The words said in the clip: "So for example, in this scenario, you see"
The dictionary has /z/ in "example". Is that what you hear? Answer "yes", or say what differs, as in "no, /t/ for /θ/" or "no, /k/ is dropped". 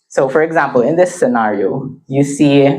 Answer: yes